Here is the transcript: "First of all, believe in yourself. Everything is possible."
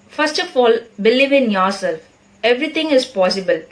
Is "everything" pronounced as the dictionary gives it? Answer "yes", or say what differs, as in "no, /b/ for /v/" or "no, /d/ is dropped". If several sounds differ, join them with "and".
no, /t/ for /θ/